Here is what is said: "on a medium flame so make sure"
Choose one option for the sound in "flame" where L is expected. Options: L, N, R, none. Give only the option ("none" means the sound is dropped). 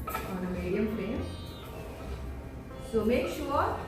N